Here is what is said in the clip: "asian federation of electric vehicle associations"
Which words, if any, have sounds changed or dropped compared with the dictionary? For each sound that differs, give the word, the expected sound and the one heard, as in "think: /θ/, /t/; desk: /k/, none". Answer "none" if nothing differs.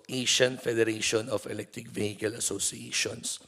of: /v/, /f/